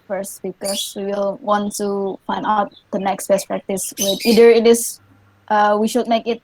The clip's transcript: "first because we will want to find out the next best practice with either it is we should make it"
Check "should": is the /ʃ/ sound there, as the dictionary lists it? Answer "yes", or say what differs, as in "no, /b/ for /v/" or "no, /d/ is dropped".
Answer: yes